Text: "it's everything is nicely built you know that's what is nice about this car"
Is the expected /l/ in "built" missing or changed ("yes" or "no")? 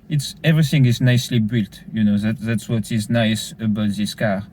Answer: no